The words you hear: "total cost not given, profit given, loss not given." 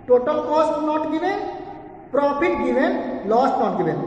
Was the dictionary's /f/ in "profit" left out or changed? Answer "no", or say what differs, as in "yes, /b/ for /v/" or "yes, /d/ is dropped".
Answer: yes, /p/ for /f/